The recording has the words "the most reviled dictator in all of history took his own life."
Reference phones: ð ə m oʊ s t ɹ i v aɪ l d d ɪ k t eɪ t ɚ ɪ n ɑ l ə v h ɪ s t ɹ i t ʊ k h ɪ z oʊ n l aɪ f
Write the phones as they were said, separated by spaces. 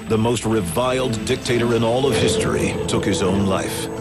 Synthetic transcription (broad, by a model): ð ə m oʊ s t ɹ i v aɪ l d d ɪ k t eɪ t ɚ ɪ n ɑ l ə v h ɪ s t ɹ i t ʊ k h ɪ z oʊ n l aɪ f